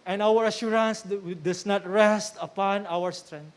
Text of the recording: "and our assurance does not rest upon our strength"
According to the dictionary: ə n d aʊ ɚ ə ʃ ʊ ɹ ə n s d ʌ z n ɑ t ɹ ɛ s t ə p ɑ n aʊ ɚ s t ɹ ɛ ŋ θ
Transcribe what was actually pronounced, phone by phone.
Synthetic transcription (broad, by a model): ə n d aʊ ɚ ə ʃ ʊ ɹ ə n s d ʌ s n ɑ t ɹ ɛ s t ə p ɑ n aʊ ɚ s t ɹ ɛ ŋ